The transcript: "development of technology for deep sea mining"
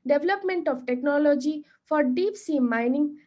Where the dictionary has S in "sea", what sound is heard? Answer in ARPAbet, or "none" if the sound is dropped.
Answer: S